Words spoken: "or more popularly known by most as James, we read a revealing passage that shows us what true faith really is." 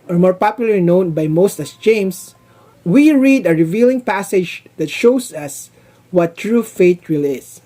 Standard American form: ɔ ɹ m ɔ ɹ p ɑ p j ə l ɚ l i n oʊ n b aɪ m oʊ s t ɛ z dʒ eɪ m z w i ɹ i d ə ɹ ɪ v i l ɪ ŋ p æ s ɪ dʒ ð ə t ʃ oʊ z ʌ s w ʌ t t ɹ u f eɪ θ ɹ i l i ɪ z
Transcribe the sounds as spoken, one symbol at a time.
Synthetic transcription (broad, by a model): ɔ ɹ m ɔ ɹ p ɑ p j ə l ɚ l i n oʊ n b aɪ m oʊ s t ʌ s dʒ eɪ m s w i ɹ i d ə ɹ ɪ v i l ɪ ŋ p æ s ɪ dʒ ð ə t ʃ oʊ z ʌ s w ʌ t t ɹ u f eɪ t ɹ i l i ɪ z